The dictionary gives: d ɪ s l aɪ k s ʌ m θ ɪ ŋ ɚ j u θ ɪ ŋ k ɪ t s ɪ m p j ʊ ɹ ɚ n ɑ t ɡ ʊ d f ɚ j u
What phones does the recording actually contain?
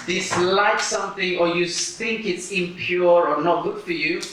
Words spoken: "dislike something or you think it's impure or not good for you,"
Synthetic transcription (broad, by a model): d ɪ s l aɪ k s ʌ m θ ɪ ŋ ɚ j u θ ɪ ŋ k ɪ t s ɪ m p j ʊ ɹ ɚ n ɑ t ɡ ʊ d f ɚ j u